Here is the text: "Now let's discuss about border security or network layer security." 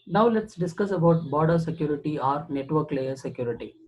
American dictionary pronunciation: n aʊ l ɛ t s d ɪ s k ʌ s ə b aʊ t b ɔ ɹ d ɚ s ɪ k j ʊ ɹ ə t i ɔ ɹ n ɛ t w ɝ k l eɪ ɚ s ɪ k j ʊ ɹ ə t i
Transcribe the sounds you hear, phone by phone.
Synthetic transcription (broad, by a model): n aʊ l ɛ t s d ɪ s k ʌ s ə b aʊ t b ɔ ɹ d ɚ s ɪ k j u ɹ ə t i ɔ ɹ n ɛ t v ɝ k l eɪ ɚ s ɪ k j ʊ ɹ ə t i